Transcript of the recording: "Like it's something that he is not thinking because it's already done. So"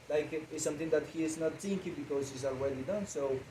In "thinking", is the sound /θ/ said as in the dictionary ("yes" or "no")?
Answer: no